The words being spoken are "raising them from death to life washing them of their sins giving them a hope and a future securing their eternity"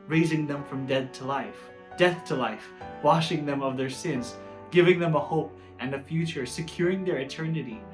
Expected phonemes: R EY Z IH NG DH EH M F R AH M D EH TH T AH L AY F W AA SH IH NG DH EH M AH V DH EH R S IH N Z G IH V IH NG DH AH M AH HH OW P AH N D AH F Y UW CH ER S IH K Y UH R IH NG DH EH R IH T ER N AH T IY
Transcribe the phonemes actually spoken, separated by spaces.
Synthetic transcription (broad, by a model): R EY Z IH NG DH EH M F R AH M D EH TH T AH L AY F W AA SH IH NG DH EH M AH V DH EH R S IH N Z G IH V IH NG DH AH M AH HH OW P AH N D AH F Y UW CH ER S IH K Y UH R IH NG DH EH R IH T ER N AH T IY